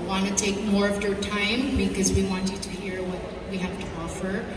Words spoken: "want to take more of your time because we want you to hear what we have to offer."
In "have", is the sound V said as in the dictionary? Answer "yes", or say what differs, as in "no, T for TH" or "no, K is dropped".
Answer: no, F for V